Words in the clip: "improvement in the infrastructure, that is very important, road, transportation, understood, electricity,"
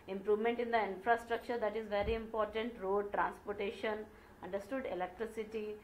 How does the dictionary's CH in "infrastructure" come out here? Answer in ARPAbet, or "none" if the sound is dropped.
CH